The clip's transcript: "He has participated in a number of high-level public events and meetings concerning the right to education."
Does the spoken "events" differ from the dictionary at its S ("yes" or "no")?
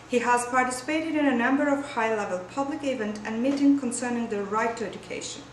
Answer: yes